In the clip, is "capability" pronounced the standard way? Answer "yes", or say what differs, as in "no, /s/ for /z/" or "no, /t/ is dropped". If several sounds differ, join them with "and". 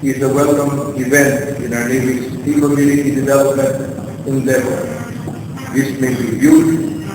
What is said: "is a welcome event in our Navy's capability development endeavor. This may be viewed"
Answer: no, /n/ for /l/